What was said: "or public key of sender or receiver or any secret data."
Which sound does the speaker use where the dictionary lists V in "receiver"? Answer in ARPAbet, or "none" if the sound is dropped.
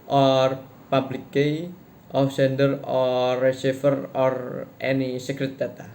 F